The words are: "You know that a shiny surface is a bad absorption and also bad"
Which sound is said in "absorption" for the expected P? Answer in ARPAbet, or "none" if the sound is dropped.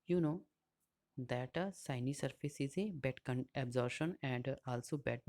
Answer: none